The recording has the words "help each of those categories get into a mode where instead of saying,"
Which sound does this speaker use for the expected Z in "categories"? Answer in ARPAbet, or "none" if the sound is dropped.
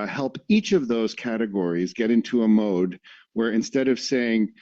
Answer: Z